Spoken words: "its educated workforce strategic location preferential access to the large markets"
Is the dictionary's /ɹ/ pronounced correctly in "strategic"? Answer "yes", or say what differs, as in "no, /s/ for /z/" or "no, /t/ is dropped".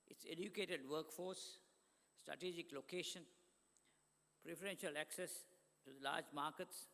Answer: yes